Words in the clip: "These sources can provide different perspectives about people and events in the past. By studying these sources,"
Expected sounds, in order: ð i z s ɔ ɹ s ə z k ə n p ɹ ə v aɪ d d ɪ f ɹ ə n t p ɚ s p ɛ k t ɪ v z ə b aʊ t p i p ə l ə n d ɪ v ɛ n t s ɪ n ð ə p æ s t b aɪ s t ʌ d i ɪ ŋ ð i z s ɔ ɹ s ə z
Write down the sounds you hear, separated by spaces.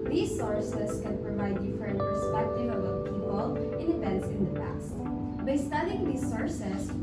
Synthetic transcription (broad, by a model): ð i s ɔ ɹ s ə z k ə n p ɹ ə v aɪ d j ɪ f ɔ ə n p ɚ s p ɛ k t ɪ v ə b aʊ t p i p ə l ə n d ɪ p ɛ n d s ɪ n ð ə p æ s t b aɪ s t ʌ d i ɪ ŋ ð i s ɔ ɹ s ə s